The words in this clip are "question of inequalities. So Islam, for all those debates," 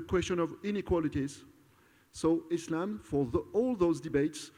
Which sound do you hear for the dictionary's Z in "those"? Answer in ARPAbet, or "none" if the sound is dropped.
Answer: Z